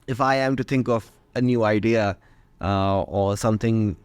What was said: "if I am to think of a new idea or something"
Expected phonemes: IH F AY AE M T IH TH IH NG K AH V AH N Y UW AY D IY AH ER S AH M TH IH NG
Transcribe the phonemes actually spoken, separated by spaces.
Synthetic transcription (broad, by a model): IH F AY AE M T IH TH IH NG K AH V AH N Y UW AY D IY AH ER S AH M TH IH NG